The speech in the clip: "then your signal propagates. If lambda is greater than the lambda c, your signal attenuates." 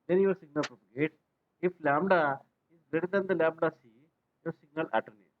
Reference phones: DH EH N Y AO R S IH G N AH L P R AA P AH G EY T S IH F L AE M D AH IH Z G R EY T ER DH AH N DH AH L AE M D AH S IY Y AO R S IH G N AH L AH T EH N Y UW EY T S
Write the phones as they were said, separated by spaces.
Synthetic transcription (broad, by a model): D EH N Y AO R S IH G N AH L P R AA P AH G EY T IH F L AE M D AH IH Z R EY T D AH N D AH L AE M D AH S IY Y AO R S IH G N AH L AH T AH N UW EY